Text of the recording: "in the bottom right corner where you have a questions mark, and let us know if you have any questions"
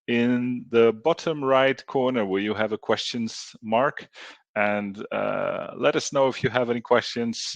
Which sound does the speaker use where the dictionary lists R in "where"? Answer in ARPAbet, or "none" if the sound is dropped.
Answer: L